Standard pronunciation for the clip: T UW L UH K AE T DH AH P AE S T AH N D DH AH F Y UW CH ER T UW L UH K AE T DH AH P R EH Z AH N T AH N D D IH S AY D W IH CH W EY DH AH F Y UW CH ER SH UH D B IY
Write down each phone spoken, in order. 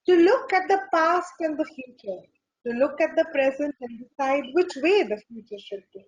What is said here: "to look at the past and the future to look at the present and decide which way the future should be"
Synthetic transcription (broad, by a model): T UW L UH K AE T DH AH P AE S T AH N D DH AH F Y UW CH ER T UW L UH K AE T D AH P R EH Z AH N T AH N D D IH S AY D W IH CH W EY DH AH F Y UW CH ER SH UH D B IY